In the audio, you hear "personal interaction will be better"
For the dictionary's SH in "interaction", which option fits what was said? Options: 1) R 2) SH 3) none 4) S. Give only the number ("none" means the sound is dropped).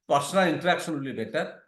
4